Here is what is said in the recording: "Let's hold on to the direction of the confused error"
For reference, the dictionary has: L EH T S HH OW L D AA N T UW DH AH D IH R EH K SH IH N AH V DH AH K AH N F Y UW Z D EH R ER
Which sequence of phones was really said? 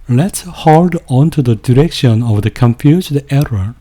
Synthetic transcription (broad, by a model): L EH T S HH OW L D AA N T UW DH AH D IH R EH K SH IH N AH V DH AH K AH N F Y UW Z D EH R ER